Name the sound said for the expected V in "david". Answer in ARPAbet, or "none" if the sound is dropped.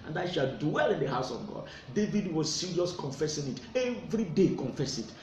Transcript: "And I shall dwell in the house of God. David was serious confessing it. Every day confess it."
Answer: V